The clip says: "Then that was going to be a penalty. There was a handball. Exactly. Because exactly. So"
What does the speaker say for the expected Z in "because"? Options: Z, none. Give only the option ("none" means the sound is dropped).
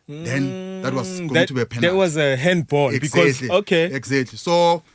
none